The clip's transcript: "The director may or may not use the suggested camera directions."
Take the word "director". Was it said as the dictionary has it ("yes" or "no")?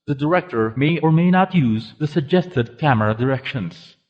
yes